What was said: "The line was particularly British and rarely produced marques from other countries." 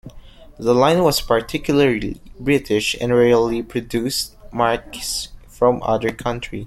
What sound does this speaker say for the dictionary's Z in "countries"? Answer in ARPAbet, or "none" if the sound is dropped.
none